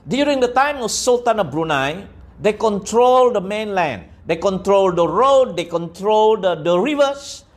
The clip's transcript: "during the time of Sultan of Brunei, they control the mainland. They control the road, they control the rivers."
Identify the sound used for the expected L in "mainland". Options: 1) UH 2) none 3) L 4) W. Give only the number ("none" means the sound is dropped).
3